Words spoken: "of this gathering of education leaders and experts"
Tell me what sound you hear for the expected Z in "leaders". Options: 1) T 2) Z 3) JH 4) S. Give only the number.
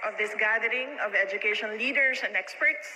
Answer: 4